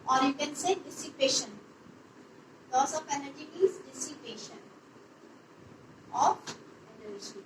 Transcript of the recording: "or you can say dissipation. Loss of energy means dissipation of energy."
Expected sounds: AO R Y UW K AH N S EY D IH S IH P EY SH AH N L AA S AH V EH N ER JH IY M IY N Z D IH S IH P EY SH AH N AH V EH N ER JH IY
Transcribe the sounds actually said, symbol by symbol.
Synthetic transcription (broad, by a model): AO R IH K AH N S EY D IH S IH P EY SH AH N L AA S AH F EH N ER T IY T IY Z D IH S IH P EY SH AH N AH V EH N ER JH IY